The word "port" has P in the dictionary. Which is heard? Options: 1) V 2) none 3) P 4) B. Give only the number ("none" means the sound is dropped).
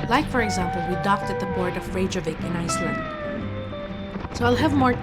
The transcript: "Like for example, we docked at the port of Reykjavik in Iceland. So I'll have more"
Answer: 4